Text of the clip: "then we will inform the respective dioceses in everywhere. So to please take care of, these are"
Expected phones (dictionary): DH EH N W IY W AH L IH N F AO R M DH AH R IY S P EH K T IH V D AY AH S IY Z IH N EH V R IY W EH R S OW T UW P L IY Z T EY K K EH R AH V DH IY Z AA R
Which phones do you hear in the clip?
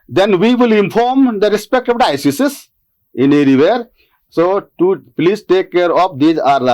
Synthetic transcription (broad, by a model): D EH N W IY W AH L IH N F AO R M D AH R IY S P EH K T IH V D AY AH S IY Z IH N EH R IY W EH R S OW T UW P L IY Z T EY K K EH R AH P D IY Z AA R